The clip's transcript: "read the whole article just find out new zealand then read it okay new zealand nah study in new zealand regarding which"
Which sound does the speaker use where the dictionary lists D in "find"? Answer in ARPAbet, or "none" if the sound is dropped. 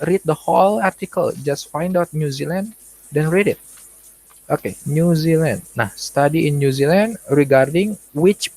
D